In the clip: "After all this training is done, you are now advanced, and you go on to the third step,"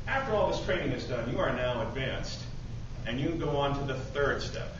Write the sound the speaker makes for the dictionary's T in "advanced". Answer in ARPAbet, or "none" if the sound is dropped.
T